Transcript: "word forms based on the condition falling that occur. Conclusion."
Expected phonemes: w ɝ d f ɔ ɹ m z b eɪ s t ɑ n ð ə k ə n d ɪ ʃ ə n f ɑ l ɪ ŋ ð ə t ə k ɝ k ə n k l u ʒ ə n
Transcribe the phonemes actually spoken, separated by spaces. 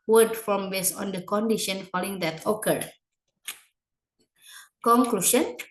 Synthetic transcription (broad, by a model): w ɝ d f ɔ m b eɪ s ɑ n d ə k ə n d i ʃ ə n f ɑ l ɪ ŋ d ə t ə k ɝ k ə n k l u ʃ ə n